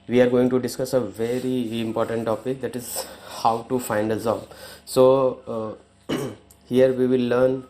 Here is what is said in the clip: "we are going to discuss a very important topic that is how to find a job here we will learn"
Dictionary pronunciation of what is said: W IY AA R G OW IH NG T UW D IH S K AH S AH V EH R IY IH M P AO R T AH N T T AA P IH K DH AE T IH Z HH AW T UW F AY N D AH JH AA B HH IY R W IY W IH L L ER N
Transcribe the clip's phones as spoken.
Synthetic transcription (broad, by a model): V IY AA R G OW IH NG T UW D IH S K AH S AH V EH R IY IH M P AO R T AH N T T AA P IH K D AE T IH Z HH AW T UW F AY N D AH Z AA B HH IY R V IY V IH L L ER N